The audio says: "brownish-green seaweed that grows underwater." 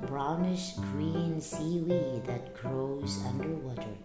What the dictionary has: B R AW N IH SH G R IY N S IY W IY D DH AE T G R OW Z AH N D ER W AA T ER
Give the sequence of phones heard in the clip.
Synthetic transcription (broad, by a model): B R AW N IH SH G R IY N S IY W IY DH AE T G R OW Z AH N D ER W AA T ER